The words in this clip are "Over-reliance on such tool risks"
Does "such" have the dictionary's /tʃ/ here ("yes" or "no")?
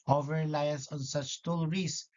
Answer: yes